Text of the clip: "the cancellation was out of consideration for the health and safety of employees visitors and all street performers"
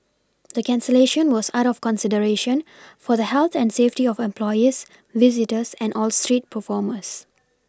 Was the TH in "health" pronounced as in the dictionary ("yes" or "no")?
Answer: no